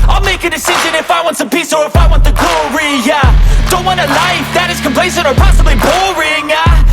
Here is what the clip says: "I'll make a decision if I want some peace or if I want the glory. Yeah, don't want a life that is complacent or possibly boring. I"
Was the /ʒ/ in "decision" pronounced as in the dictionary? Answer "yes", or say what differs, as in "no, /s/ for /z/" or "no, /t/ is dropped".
yes